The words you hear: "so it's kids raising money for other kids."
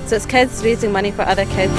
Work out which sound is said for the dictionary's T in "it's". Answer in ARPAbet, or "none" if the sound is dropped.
T